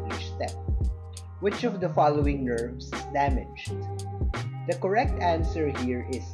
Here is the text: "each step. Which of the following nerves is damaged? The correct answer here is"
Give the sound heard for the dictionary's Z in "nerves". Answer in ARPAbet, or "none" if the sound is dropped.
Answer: S